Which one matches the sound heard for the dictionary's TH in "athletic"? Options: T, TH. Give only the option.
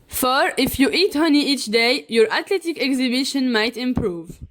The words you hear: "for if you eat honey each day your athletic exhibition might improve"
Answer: T